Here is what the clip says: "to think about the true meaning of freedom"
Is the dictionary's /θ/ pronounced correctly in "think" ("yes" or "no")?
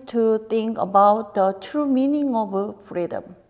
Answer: no